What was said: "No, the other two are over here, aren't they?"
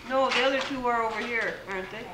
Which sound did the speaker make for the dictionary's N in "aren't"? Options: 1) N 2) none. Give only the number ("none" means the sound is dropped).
1